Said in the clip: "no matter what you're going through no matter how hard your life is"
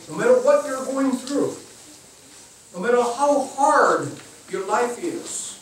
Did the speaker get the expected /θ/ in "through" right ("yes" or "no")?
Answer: yes